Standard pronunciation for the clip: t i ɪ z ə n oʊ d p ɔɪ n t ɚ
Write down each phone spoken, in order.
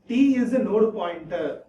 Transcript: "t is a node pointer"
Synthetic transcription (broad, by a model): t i ɪ z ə n oʊ d p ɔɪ n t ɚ